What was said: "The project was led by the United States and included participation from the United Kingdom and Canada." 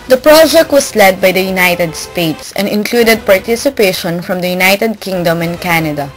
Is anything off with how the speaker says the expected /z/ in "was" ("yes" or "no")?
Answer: yes